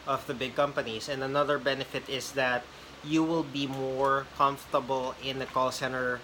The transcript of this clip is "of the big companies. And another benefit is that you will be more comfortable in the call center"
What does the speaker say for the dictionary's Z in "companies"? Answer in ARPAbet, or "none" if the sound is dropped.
S